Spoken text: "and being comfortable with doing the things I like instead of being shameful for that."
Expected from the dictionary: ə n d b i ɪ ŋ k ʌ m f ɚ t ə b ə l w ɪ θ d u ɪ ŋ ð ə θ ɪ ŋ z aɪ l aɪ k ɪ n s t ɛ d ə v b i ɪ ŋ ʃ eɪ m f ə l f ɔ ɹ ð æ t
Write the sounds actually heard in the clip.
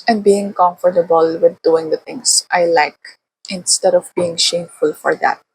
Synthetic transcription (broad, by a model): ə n d b i ɪ ŋ k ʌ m f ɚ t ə b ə l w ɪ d d u ɪ ŋ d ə t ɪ ŋ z aɪ l aɪ k ɪ n s t ɛ d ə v b i ɪ ŋ ʃ eɪ m f ə l f ɔ ɹ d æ t